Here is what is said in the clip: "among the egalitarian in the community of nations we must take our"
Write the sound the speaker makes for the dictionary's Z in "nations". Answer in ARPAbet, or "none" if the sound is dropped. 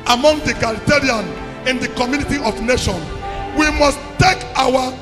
none